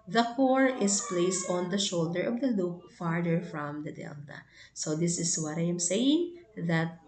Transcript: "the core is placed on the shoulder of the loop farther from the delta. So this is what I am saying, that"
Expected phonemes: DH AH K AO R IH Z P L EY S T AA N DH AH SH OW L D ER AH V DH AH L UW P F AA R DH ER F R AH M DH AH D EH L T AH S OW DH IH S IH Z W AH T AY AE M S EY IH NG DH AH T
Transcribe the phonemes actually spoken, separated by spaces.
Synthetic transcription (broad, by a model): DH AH K AO R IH S P L EY S T AA N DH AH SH OW L D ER AH V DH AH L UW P F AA R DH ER F R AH M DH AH D EH L T AH S OW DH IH S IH S W AH T AY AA M S EY IH NG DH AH T